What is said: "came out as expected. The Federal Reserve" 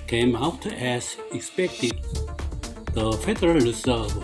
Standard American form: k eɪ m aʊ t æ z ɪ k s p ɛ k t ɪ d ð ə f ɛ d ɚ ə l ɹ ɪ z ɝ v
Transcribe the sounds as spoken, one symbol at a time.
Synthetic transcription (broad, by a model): k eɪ m aʊ t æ s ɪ k s p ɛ k t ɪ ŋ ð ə f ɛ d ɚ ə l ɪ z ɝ